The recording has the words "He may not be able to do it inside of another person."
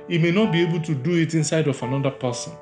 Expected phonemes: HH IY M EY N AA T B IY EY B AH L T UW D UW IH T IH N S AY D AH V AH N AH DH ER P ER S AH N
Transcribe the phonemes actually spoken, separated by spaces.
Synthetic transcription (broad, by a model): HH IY M EY N AA T B IY EY B AH L T UW D UW IH T IH N S AY D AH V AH N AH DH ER P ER S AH N